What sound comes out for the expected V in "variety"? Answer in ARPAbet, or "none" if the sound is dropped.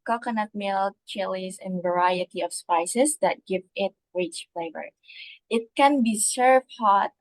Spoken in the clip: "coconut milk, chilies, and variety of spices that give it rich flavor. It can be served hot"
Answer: V